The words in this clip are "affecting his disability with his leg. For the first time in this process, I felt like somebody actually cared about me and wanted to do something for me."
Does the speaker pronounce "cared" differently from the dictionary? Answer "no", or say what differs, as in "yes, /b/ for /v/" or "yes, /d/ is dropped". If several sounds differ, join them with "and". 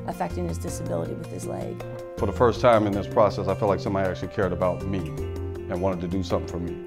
no